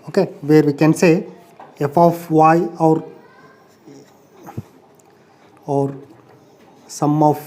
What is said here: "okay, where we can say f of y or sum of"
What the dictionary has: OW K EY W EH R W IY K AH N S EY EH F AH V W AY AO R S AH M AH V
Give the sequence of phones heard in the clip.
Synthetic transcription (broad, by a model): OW K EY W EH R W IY K AH N S EY EH F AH W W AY AO R S AH M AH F